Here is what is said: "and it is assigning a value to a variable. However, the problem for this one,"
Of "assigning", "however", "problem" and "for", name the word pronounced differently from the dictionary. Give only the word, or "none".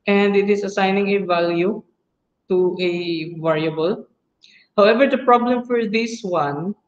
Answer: none